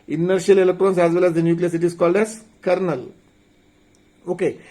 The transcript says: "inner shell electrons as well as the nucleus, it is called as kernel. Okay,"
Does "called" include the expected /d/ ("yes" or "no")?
yes